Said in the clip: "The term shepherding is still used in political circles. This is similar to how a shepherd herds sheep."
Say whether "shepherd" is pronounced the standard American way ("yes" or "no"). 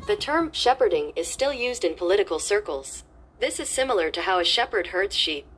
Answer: yes